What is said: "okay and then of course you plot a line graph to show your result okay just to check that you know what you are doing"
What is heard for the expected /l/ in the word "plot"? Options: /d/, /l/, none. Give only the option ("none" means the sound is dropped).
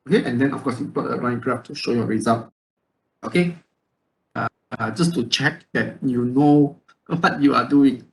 none